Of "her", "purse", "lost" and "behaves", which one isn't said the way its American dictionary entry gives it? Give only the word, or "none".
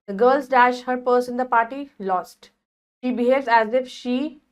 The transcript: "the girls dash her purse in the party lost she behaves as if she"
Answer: none